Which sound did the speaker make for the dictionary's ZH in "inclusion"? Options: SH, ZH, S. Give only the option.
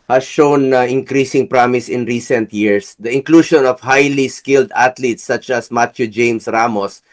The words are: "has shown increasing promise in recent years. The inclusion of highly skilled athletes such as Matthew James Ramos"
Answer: SH